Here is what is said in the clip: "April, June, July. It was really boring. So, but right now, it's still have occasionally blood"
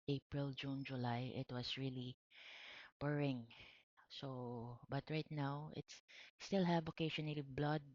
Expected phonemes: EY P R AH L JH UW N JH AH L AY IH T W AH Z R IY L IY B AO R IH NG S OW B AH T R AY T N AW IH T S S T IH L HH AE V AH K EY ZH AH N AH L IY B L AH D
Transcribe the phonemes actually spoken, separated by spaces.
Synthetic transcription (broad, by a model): EY P R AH L JH UW N JH AH L AY IH T W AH S R IY L IY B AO R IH NG S OW B AH T R AY T N AW IH T S S T IH L HH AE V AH K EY SH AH N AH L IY B L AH D